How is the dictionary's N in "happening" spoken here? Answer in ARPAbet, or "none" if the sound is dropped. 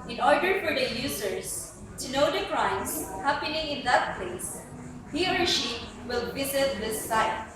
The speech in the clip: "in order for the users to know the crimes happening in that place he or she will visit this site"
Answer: N